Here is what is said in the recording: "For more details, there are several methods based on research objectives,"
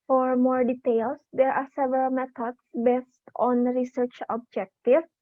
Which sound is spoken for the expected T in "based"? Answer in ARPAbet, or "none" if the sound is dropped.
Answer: T